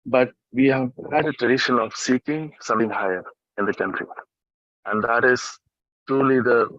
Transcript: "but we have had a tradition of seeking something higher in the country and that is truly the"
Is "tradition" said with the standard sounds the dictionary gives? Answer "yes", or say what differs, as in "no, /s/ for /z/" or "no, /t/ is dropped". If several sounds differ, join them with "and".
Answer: yes